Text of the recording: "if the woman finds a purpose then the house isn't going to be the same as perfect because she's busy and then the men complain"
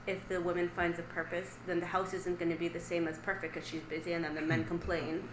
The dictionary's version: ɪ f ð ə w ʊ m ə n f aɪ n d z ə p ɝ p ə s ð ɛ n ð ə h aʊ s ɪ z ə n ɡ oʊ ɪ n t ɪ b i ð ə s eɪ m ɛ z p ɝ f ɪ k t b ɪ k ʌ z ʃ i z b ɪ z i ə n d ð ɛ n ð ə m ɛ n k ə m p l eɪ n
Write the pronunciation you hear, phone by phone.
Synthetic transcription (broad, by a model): ɪ f ð ə w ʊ m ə n f aɪ n d z ə p ɝ p ə s ð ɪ n ð ə h aʊ s ɪ z ə n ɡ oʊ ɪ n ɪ b i ð ə s eɪ m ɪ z p ɝ f ɪ k t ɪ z ʃ i z b ɪ z i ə n ð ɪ n ð ə m ɛ n k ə m p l eɪ n